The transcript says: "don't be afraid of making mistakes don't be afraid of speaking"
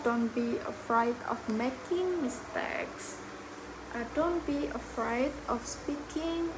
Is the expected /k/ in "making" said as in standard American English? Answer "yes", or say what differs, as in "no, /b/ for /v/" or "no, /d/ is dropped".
yes